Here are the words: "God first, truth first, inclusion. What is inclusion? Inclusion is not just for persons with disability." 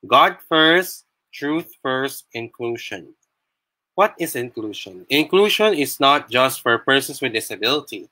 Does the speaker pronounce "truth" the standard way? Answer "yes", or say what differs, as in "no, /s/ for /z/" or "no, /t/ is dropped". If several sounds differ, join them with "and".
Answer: yes